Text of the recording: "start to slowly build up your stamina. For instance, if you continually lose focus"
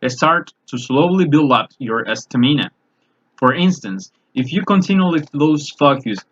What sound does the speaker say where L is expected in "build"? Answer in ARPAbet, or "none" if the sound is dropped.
L